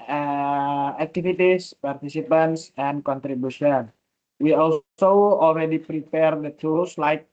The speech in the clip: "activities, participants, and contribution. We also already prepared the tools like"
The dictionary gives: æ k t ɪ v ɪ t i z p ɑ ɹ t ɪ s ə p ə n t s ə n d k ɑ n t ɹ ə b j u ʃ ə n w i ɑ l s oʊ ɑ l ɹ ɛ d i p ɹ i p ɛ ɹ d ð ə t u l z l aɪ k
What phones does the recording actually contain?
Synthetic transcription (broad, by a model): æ k t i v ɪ t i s p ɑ ɹ t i s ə p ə n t s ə n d k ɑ n t ɹ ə b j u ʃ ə n w i ɑ l s oʊ ɑ l ɹ ɛ d i p ɹ i p ɛ ɹ d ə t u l s l aɪ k